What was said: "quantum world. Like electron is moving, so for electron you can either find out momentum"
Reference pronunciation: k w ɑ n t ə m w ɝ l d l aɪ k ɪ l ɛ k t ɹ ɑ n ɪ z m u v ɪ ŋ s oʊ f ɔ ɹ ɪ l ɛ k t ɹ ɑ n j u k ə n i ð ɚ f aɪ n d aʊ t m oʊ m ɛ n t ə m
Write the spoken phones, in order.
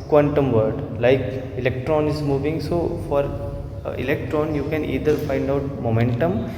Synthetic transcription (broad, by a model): k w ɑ n t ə m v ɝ d l aɪ k ɪ l ɛ k t ɹ ɑ n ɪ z m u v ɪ ŋ s oʊ f ɔ ɹ ɪ l ɛ k t ɹ ɑ n j u k ə n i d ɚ f aɪ n d aʊ t m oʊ m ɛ n t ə m